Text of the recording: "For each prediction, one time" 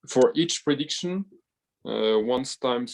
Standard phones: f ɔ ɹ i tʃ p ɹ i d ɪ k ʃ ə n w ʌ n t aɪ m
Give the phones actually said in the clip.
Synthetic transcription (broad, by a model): f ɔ ɹ i tʃ p ɹ i d ɪ k ʃ ə n w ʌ n t aɪ m